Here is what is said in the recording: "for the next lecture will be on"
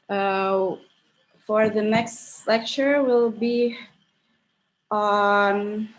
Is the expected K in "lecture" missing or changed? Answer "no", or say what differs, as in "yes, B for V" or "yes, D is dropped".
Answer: no